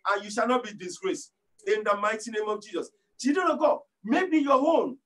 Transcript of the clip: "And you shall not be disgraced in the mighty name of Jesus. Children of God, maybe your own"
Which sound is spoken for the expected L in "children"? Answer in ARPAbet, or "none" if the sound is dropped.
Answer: none